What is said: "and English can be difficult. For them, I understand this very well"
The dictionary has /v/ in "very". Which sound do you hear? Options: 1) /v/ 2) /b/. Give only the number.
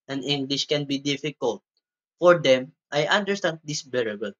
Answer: 2